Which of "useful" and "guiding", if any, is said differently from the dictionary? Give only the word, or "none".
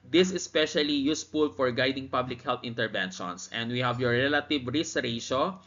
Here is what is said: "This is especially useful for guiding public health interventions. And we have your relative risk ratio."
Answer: useful